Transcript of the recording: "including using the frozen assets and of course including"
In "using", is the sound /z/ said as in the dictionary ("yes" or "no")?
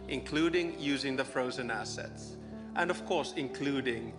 yes